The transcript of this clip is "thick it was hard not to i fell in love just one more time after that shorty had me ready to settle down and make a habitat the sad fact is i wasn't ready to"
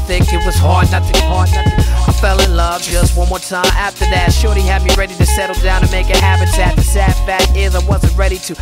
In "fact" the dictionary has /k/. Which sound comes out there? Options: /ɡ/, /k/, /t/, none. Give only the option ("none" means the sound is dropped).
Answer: none